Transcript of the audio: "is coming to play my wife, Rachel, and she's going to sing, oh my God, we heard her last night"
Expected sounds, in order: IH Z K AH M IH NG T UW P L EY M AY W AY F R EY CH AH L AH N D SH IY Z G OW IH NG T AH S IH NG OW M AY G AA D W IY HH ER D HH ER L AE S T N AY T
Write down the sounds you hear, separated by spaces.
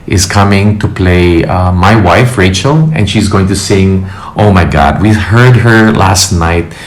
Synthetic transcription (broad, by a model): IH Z K AH M IH NG T UW P L EY M AY W AY F R EY CH AH L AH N SH IY Z G OW IH NG T AH S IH NG OW M AY G AA D W IY HH ER D HH ER L AE S T N AY T